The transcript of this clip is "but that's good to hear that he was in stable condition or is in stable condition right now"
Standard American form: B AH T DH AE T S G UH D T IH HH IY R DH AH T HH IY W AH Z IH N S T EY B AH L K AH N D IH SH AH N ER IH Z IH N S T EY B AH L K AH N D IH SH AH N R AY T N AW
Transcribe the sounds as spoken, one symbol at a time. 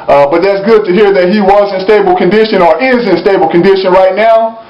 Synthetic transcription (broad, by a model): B AH T DH AE T S G UH D T IH HH IY R DH AH T HH IY W AH Z IH N S T EY B L K AH N D IH SH AH N ER IH Z IH N S T EY B L K AH N D IH SH AH N R AY T N AW